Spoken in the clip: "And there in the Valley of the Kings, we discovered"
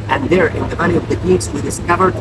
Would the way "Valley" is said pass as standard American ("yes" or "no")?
no